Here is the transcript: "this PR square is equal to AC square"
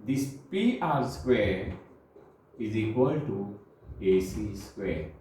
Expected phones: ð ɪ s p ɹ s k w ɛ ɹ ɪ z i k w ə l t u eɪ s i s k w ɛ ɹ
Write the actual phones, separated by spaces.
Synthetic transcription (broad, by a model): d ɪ s p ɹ s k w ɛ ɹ ɪ z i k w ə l t u eɪ s i s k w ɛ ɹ